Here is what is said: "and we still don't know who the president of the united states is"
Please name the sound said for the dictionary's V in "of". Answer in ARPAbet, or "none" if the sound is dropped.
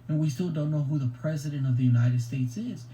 V